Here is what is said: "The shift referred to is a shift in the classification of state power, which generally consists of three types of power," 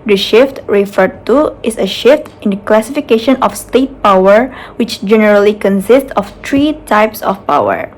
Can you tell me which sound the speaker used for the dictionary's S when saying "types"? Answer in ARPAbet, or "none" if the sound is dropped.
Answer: S